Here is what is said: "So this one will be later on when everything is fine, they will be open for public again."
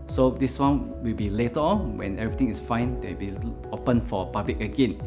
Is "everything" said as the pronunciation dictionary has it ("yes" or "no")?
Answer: no